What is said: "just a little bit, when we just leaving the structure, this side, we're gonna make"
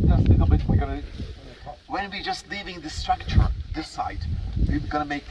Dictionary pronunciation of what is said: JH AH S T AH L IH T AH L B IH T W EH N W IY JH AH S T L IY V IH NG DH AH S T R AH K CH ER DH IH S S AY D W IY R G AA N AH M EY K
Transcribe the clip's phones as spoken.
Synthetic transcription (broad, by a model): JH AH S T AH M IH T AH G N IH W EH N W IY JH AH S T L IY V IH NG DH AH S T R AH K CH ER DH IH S S AY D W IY W G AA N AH M EY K